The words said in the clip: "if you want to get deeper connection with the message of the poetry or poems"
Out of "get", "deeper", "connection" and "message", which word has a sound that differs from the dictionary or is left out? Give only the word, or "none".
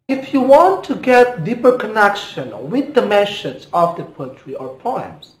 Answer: message